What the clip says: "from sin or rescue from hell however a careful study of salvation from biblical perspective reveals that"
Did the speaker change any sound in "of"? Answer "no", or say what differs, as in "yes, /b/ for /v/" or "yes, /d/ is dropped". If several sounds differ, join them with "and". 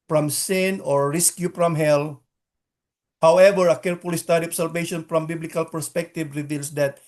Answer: yes, /p/ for /v/